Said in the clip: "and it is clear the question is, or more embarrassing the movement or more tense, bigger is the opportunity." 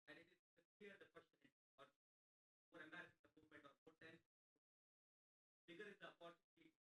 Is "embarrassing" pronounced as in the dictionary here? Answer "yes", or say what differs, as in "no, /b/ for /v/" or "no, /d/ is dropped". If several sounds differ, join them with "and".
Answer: no, /b/ is dropped